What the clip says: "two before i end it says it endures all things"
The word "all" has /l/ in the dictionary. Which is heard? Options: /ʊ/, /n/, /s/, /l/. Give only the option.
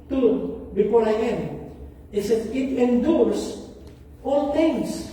/l/